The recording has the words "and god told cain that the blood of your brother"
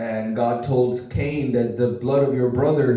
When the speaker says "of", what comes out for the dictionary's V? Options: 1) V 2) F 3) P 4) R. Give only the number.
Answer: 1